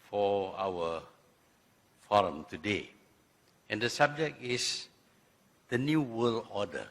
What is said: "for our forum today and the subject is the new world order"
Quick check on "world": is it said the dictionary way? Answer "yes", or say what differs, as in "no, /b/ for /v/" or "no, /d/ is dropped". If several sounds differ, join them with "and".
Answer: no, /d/ is dropped